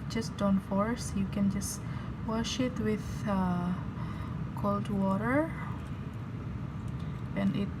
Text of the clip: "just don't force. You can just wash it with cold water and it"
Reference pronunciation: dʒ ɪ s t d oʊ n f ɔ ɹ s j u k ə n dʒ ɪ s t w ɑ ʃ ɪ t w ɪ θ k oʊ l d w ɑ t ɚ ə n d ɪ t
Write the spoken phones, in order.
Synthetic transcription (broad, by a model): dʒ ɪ s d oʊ n f ɔ ɹ s j u k ə n dʒ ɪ s w ɑ ʃ ɪ t w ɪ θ k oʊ l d w ɑ t ɚ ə n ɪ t